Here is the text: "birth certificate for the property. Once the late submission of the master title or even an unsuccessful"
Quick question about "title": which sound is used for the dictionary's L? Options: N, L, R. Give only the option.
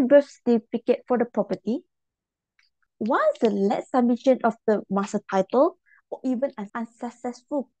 L